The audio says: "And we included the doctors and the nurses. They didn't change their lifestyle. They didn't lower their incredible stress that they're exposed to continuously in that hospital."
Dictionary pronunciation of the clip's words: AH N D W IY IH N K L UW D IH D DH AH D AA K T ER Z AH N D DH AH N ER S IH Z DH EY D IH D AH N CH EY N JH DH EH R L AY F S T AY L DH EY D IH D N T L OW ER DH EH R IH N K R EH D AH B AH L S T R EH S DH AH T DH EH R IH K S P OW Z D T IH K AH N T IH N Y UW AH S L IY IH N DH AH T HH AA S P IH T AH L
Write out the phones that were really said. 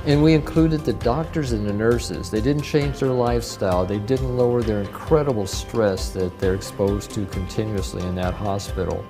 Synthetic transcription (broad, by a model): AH N W IY IH N K L UW D IH D DH AH D AA K T ER Z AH N DH AH N ER S IH Z DH EY D IH D N CH EY N JH DH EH R L AY F S T AY L DH EY D IH D N T L OW ER DH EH R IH N K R EH D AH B L S T R EH S DH AH T DH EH R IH K S P OW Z T IH K AH N T IH N Y UW AH S L IY IH N DH AH T HH AA S P IH T L